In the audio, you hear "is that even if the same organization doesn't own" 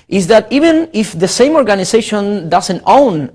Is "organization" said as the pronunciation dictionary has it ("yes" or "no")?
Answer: no